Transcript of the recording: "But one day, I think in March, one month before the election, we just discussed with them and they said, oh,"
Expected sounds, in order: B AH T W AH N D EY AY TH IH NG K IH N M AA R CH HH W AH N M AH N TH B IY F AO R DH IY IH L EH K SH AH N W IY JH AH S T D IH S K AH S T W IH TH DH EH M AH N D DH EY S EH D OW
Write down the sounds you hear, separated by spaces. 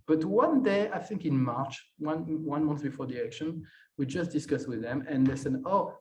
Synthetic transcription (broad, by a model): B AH T W AH N D EY AY TH IH NG K IH N M AA R CH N W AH N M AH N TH B IY F AO R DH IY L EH K SH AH N W IY JH AH S T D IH S K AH S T W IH DH EH M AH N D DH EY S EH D OW